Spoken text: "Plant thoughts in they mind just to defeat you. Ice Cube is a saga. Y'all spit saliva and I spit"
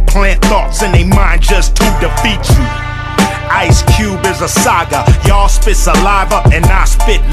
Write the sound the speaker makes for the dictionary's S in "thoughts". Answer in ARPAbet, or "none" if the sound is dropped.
S